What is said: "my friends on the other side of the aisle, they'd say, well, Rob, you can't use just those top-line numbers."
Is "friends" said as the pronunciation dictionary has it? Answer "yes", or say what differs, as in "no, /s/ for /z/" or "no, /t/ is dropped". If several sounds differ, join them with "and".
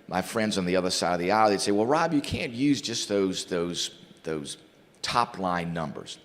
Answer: yes